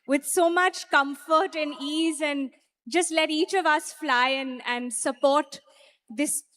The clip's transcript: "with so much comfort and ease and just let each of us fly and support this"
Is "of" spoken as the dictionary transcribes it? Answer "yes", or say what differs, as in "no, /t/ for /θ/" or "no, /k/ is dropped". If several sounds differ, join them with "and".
yes